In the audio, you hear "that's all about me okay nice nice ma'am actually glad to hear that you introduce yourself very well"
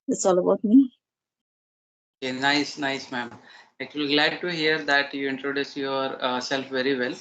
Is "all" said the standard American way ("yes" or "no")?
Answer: yes